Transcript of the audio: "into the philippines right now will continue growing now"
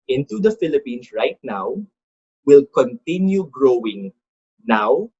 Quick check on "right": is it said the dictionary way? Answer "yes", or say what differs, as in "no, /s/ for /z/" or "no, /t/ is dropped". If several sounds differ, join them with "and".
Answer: yes